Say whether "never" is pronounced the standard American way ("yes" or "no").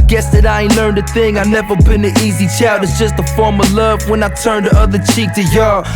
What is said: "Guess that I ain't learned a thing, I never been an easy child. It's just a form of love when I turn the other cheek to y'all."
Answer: yes